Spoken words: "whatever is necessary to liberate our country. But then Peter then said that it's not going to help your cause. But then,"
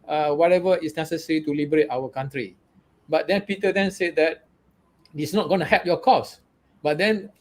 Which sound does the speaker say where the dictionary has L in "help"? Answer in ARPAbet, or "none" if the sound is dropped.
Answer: none